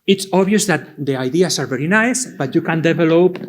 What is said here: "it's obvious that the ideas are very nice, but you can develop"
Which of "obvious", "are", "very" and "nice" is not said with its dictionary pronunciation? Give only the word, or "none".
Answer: obvious